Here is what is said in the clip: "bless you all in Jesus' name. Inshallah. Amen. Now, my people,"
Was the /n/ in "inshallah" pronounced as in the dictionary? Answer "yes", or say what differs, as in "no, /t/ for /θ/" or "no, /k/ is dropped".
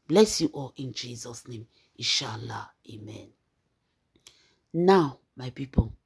no, /n/ is dropped